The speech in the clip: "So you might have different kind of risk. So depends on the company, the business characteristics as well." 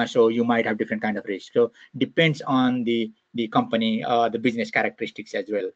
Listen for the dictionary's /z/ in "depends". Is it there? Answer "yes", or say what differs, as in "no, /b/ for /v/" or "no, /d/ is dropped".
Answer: no, /s/ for /z/